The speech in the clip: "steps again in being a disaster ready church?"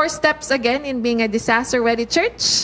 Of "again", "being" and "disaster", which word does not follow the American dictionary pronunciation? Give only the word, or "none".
disaster